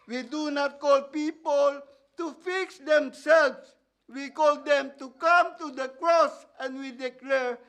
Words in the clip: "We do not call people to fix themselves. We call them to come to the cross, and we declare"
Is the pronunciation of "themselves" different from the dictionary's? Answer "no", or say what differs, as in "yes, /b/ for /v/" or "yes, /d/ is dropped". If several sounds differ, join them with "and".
yes, /s/ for /z/